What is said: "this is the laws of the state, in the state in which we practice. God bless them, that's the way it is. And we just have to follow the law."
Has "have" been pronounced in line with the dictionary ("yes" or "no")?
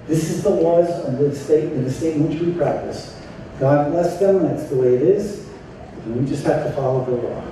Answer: no